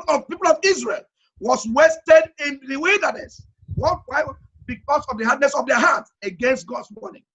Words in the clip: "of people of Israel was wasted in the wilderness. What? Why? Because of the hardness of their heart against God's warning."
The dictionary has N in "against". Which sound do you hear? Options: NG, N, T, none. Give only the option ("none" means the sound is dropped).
N